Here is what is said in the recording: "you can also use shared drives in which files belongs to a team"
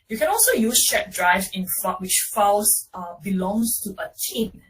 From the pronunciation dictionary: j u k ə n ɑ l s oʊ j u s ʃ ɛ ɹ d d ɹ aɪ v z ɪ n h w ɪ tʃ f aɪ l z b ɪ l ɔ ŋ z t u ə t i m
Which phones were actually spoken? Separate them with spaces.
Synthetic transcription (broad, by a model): j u k ə n ɑ l s oʊ j u s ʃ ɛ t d d ɹ aɪ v ɪ n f w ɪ tʃ f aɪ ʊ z b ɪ l ɔ ŋ s t u ə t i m